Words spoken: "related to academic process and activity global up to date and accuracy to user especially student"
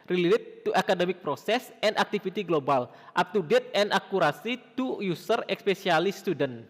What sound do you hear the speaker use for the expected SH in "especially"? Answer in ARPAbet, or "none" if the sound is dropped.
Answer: S